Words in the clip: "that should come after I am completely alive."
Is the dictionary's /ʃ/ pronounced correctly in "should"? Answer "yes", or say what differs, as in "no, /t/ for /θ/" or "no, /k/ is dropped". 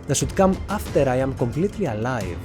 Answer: no, /s/ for /ʃ/